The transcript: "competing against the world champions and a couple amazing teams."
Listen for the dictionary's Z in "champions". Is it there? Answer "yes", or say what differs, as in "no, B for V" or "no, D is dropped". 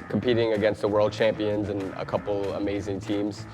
yes